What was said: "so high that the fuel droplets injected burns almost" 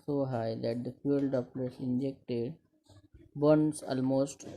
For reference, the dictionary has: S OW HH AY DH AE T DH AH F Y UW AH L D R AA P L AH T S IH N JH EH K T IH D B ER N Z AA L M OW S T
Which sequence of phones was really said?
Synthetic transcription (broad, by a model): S OW HH AY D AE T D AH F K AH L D AA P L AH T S IH N JH EH K T IH D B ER N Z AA L M OW S T